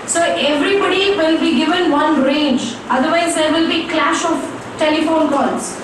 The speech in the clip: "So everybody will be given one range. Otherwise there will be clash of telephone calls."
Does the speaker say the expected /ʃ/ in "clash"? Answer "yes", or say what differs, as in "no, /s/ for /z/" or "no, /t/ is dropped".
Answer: yes